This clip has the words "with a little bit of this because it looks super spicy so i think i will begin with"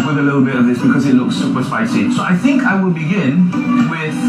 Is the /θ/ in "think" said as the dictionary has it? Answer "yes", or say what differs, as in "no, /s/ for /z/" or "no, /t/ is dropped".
yes